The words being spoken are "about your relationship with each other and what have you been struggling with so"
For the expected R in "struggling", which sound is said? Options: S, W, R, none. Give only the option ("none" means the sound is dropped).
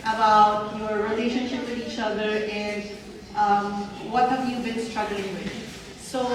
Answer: R